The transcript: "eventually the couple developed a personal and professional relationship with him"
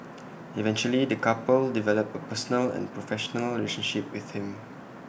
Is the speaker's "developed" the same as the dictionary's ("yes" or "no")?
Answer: no